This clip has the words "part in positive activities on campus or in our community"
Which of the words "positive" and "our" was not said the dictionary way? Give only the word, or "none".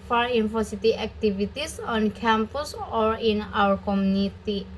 positive